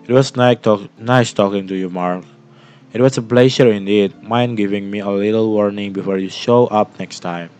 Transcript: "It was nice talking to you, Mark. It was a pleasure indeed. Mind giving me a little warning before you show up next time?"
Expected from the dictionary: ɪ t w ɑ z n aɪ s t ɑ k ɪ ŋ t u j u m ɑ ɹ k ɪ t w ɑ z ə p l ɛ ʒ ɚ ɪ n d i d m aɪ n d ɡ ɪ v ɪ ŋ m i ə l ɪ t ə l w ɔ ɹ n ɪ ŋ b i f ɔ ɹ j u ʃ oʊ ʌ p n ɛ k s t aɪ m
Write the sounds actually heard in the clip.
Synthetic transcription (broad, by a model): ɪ t w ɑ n n aɪ s t ɑ k ɪ ŋ t u j u m ɑ ɹ k ɪ t w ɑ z ə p l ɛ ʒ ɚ ɪ n d i d m aɪ n ɡ ɪ v ɪ ŋ m i ə l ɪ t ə l w ɔ ɹ n ɪ ŋ b i f ɔ ɹ j u ʃ oʊ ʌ p n ɛ k s t aɪ m